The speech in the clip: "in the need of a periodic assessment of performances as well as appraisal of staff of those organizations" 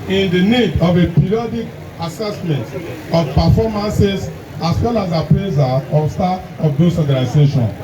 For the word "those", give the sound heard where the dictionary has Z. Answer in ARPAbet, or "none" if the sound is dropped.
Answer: S